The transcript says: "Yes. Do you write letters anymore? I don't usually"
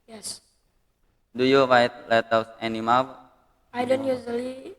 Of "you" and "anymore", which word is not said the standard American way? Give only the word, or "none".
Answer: anymore